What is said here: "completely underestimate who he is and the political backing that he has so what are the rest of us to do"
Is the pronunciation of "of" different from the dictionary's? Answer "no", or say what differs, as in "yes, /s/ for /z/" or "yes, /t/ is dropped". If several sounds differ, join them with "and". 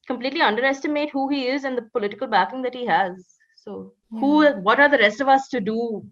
no